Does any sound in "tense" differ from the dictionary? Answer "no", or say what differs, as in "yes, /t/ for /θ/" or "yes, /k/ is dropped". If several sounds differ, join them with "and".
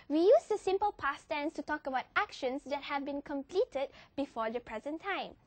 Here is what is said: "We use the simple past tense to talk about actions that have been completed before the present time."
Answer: no